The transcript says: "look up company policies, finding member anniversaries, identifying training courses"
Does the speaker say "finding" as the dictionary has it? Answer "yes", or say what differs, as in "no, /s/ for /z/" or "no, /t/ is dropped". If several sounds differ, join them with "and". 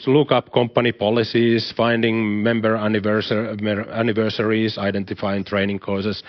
yes